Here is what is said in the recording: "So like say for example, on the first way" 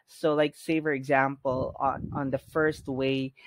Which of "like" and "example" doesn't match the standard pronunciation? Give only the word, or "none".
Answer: example